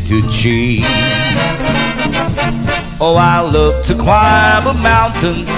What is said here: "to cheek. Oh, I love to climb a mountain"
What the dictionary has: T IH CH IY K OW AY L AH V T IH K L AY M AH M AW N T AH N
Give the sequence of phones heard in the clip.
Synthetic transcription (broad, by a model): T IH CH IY OW AY L AH V T IH K L AY M AH M AW N T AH N